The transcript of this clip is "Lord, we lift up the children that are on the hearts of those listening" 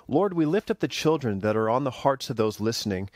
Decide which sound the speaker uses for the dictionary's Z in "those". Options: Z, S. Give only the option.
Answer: Z